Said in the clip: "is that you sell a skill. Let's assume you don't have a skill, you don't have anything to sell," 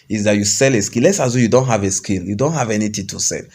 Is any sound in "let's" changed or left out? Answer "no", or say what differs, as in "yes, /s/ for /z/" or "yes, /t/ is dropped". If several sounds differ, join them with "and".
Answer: no